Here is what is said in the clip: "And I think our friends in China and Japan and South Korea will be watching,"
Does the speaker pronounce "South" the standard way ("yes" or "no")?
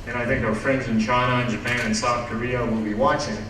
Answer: yes